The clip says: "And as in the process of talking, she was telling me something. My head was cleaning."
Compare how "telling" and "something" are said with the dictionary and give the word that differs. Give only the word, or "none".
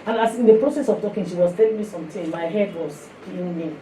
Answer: something